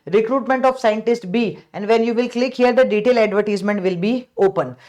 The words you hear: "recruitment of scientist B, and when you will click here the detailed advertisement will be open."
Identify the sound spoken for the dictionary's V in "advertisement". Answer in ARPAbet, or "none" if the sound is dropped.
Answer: V